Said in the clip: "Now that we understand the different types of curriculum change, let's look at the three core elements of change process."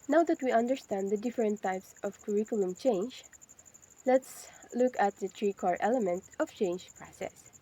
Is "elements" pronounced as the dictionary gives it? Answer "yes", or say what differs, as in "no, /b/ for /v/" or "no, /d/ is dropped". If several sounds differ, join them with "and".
no, /s/ is dropped